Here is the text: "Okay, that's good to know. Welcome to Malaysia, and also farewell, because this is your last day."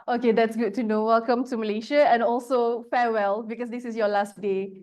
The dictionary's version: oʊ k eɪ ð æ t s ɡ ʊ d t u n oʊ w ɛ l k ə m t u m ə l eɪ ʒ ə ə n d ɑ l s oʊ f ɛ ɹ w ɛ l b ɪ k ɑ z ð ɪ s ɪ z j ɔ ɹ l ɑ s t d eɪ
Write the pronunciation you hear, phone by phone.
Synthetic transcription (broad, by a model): oʊ k eɪ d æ t s ɡ ʊ d t u n oʊ w ɛ l k ə m t u m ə l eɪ ʃ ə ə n ɑ l s oʊ f ɛ w ɛ l b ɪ k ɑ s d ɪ s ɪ s j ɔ l ɑ s t d eɪ